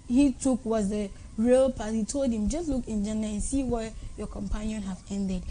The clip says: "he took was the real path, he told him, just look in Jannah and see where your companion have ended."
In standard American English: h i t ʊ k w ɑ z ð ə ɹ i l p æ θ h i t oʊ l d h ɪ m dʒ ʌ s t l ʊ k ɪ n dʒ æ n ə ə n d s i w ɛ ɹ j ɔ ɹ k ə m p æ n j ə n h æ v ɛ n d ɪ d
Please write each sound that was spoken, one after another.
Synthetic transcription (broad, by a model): h i t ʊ k w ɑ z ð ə ɹ i l p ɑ t h i t oʊ l d h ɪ m dʒ ʌ s t l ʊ k ɪ n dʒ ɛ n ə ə n s i w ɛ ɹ j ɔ k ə m p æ n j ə n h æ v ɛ n d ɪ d